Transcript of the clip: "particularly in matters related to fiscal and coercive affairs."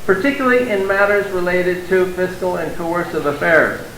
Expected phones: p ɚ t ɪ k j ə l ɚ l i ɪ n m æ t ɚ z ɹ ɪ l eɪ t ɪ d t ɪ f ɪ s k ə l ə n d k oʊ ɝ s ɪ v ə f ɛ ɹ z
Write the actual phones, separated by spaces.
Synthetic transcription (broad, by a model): p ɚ t ɪ k j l l i ɪ n m æ t ɚ z ɹ ɪ l eɪ t ɪ d t ɪ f ɪ s k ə l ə n k oʊ ɝ s ɪ v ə f ɛ ɹ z